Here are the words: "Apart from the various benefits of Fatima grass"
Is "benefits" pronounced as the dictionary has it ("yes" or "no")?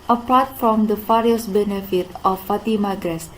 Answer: no